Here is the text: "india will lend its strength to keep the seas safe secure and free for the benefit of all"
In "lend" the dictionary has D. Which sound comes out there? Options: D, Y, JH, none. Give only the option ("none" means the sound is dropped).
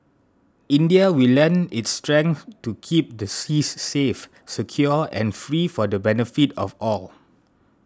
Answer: none